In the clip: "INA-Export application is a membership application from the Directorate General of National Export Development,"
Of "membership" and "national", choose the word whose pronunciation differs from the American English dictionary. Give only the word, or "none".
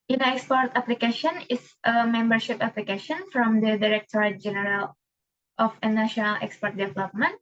none